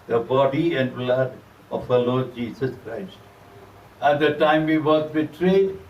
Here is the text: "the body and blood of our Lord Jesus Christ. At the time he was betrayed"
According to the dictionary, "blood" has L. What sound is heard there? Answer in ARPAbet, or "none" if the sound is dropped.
L